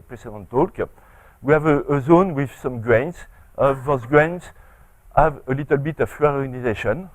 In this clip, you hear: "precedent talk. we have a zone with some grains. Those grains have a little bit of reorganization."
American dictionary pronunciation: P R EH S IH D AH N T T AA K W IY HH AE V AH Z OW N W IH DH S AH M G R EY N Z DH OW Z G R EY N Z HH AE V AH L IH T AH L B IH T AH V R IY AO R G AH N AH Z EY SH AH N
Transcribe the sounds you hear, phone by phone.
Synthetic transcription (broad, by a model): P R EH S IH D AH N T T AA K W IY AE V AH Z OW N W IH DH S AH M G R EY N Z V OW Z G R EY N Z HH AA V AH L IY T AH L B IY T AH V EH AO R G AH N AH Z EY SH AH N